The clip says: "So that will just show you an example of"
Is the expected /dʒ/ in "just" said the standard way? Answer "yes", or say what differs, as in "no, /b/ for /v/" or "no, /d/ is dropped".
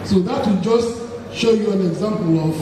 yes